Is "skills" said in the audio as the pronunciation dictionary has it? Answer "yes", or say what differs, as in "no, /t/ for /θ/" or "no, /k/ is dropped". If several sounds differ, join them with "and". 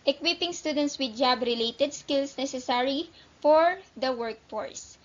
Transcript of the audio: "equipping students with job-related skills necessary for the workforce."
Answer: no, /s/ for /z/